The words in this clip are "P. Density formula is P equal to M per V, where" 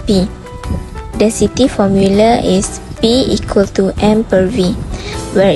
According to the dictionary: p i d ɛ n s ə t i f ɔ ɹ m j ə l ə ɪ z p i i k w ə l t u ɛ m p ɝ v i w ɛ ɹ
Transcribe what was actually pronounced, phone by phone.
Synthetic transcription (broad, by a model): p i d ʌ s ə t i f ɔ m j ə l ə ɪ s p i i k w ə l t u ɛ m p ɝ v i w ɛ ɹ